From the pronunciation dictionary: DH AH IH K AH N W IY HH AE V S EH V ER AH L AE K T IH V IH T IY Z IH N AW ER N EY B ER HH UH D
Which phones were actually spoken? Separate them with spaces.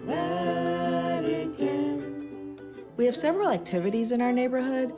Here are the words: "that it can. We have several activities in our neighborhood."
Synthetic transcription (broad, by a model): W IY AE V S EH V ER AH L AE K T IH V IH T IY Z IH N AW ER N EY B ER HH UH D